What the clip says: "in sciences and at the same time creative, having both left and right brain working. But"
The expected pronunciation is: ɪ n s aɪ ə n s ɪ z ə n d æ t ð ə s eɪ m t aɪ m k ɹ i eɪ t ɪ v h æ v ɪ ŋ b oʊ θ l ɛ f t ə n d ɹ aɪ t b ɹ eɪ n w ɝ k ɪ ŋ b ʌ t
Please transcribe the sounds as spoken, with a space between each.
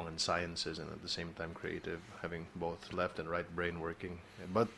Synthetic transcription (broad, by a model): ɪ n s aɪ ə n s ɪ z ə n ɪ t ð ə s eɪ m t aɪ m k ɹ i eɪ t ɪ v h æ v ɪ ŋ b oʊ θ l ɛ f t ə n ɹ aɪ t b ɹ eɪ n w ɝ k ɪ ŋ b ʌ t